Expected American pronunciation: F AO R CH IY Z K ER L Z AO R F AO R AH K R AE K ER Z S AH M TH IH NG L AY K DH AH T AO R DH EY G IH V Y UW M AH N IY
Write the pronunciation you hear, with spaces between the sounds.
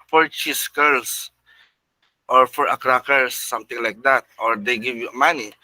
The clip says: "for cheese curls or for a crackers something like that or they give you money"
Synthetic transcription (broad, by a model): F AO R CH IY S K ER L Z AO R F AO R AH K R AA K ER S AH M T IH NG L AY K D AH T AO R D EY G IH V Y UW M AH N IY